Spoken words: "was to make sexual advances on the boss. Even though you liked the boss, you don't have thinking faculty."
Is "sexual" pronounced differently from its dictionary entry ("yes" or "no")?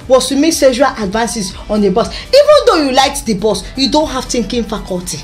yes